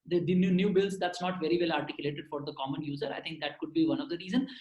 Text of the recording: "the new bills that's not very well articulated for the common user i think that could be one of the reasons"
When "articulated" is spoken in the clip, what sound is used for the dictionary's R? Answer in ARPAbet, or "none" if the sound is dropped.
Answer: R